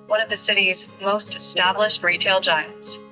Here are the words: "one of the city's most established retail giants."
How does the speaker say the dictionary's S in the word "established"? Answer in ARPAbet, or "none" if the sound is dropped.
S